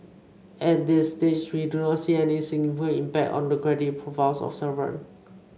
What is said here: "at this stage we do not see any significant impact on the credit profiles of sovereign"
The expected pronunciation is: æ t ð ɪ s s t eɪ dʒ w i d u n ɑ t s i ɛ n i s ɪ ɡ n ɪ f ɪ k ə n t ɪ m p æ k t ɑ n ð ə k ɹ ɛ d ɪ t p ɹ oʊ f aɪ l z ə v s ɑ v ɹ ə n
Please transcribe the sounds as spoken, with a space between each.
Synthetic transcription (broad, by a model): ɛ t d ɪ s s t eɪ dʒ w i d u n ɑ t s i ɛ n i s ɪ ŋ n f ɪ ə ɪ m p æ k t ɑ n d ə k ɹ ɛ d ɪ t p ɹ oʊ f aɪ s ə f s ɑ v ə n